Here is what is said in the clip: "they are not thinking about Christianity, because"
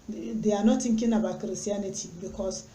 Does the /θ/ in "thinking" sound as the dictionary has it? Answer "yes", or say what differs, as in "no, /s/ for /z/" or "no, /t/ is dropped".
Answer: no, /t/ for /θ/